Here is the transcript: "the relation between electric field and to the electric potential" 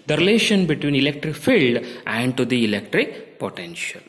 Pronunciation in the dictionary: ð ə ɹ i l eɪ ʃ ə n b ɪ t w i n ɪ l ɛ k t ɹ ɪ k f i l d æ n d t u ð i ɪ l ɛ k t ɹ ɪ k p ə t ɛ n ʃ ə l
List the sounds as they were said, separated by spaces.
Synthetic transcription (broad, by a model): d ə ɹ i l eɪ ʃ ə n b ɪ t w i n ɪ l ɛ k t ɹ ɪ k f i l d æ n d t u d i ɪ l ɛ k t ɹ ɪ k p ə t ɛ n ʃ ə l